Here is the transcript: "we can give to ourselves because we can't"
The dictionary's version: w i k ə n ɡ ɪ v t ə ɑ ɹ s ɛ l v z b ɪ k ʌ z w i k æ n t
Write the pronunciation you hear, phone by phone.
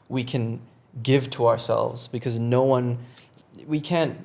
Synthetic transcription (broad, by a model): w i k ə n ɡ ɪ v t ə ɑ ɹ s ɛ l v z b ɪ k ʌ z w i k æ n t